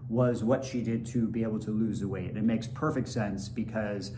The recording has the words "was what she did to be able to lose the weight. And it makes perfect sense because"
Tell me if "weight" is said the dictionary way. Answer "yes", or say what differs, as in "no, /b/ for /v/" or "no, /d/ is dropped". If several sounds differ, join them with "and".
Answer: no, /t/ is dropped